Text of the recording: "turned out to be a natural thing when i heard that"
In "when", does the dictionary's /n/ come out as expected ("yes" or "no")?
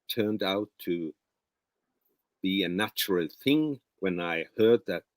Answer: yes